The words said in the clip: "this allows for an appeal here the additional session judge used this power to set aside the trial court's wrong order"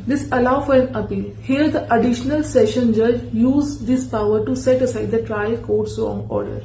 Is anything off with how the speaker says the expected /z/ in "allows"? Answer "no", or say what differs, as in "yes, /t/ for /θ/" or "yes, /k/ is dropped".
yes, /z/ is dropped